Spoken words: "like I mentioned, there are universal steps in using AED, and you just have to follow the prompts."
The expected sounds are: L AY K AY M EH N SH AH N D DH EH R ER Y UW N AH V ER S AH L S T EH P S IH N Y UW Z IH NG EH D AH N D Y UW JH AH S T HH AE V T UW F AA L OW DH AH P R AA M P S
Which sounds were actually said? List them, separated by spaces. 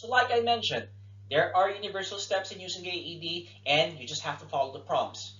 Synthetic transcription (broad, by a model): L AY K AY M EH N SH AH N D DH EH R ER Y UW N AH V ER S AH L S T EH P S IH N Y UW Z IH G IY D AH N D Y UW JH AH S T HH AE F T UW F AA L OW DH AH P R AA M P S